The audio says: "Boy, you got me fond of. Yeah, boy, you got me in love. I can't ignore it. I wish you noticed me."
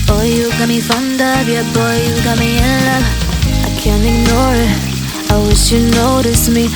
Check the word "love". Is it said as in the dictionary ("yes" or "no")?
no